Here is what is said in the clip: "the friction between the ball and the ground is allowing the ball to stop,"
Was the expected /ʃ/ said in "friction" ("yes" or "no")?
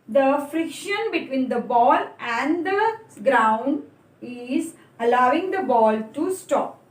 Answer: yes